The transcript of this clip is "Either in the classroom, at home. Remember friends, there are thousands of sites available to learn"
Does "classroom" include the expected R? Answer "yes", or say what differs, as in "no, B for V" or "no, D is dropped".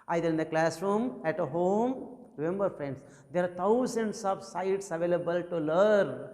yes